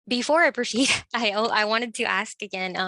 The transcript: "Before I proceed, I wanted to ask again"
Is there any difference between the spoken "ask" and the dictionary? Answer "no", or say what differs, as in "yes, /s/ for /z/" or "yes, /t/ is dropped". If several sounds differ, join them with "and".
no